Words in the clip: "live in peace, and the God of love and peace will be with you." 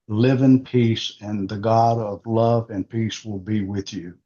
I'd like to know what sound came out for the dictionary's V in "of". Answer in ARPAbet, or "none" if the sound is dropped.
V